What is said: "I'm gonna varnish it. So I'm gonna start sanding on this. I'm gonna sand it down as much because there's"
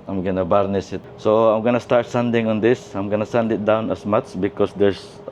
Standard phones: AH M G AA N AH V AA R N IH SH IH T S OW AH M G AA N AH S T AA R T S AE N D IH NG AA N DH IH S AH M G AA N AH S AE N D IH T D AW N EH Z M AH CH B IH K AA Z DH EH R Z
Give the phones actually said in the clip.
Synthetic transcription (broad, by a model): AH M G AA N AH B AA R N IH S IH T S OW AH M G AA N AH S T AA R T S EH N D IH NG AA N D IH S AH M G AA N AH S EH N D IH T D AW N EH S M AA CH B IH K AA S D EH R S